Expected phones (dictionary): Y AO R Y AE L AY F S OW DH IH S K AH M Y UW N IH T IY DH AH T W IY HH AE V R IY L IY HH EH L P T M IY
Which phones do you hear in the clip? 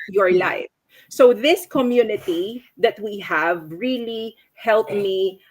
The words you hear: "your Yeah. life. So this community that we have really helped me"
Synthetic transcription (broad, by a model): Y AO R L AY F S OW DH IH S K AH M Y UW N IH T IY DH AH T W IY HH AE V R IY L IY HH EH L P M IY